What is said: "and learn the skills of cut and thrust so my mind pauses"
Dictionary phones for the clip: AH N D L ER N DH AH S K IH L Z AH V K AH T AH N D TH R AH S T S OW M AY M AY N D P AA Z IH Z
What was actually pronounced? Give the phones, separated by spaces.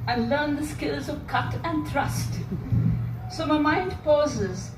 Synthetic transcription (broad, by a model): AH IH L ER N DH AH S K IH L Z AH V K AH T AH N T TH R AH S T S OW M AY M AY N D P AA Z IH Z